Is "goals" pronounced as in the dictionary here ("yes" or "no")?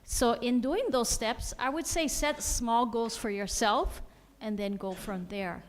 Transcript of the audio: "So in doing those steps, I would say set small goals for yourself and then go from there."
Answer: no